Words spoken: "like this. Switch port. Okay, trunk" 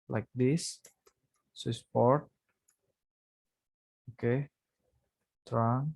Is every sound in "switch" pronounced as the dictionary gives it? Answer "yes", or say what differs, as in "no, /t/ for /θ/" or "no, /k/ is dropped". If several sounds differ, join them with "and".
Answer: no, /s/ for /tʃ/